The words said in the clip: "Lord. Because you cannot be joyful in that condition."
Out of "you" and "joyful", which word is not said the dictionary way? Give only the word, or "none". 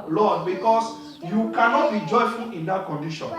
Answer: none